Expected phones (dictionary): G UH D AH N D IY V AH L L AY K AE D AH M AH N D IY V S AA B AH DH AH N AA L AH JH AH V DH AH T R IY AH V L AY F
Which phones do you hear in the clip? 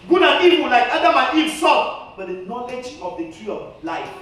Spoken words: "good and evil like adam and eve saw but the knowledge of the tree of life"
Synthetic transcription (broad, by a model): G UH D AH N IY W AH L L AY K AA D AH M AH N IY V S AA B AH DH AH N AA L AH JH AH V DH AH T R IY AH L AY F